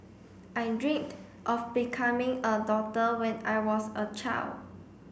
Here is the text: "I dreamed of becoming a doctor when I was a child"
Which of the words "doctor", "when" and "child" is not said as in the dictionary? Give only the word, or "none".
doctor